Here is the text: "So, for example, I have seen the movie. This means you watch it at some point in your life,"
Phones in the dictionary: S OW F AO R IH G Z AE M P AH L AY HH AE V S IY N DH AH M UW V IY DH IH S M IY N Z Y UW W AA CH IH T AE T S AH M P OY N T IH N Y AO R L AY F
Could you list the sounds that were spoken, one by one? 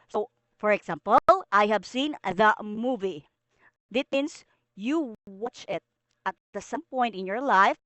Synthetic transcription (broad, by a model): S OW F AO R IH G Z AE M P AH L AY HH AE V S IY N DH AH M UW V IY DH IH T M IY N S Y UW W AA CH IH T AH T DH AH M P OY N T IH N Y AO R L AY F